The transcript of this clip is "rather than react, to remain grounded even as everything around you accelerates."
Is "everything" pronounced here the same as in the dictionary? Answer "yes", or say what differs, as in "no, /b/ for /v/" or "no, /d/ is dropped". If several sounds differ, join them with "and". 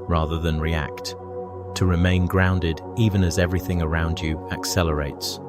yes